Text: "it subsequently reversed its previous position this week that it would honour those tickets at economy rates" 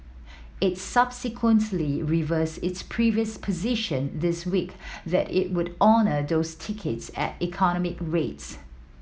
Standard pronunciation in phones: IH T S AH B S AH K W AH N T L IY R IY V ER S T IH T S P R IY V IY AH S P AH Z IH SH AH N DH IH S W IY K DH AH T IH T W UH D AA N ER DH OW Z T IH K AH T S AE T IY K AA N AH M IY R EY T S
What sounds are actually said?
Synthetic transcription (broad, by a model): IH T S AH B S AH K W AH N T L IY R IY V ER S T IH T S P R IY V IY AH S P AH Z IH SH AH N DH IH S W IY K DH AH T IH T W UH D AA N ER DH OW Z T IH K AH T S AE T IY K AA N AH M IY R EY T S